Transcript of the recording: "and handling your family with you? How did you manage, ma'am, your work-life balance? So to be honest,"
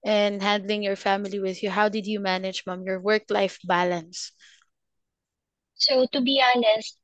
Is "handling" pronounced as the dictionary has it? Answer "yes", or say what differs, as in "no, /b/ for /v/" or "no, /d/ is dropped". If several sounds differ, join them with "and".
yes